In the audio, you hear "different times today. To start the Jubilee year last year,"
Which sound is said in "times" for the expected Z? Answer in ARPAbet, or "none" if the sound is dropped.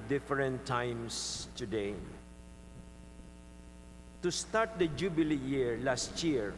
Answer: S